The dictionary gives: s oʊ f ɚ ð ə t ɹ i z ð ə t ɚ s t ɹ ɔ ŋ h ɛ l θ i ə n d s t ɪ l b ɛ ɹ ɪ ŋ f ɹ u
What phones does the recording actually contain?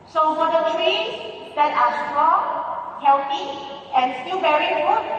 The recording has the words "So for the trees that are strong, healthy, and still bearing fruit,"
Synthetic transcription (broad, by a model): s oʊ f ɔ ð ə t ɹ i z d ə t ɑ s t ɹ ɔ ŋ h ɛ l t i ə n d s t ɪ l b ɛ ɹ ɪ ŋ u